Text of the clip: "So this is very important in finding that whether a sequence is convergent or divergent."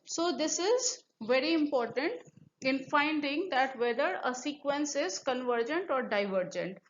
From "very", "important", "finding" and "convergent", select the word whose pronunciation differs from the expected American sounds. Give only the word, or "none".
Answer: none